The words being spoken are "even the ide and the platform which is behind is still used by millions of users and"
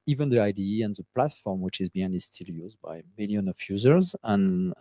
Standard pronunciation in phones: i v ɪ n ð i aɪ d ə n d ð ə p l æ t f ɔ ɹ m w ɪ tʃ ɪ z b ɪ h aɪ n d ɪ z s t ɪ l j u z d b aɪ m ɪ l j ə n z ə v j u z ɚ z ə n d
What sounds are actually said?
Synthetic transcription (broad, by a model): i v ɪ n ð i aɪ d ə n ð ə p l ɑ t f ɔ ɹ m w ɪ tʃ ɪ z b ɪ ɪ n ɪ z s t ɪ l j u z d b aɪ m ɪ l j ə n ə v j u z ɚ z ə n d